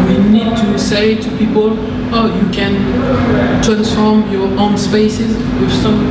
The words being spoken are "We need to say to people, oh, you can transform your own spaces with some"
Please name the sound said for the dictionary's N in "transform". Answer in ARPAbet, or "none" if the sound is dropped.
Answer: none